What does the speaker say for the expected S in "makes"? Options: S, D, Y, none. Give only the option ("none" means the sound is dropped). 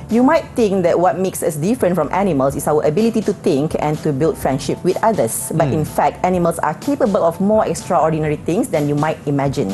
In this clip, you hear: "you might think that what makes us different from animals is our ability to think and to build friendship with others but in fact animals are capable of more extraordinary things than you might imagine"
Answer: S